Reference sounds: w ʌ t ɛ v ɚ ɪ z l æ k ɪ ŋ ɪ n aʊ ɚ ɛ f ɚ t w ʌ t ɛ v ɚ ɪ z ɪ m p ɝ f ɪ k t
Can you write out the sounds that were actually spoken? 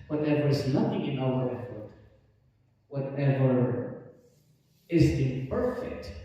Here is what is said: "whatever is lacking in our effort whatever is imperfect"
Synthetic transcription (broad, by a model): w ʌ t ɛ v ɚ ɪ z n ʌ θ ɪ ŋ ɪ n aʊ ɚ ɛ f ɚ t w ʌ t ɛ v ɚ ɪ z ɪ p ɝ f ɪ k t